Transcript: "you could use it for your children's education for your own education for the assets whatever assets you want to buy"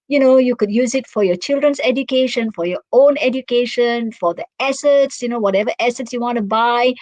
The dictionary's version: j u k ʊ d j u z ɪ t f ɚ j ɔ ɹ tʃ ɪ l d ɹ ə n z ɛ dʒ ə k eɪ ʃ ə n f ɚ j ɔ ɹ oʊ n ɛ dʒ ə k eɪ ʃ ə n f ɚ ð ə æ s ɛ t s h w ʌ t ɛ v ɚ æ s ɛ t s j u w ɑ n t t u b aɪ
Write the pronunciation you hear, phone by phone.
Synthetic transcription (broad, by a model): j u k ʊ d j u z ɪ t f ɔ j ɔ tʃ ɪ l d ɹ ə n s ɛ dʒ ə k eɪ ʃ ə n f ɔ j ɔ oʊ n ɛ dʒ ə k eɪ ʃ ə n f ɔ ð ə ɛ s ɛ t s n w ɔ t ɛ v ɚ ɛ s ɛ t s j u w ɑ n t t u b aɪ